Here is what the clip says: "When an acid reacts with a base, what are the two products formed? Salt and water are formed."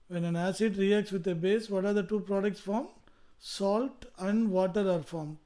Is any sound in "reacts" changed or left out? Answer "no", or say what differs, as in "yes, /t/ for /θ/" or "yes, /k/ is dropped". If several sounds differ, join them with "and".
no